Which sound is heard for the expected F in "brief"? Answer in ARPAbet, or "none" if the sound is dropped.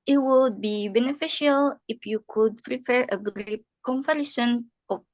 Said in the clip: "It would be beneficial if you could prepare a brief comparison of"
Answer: P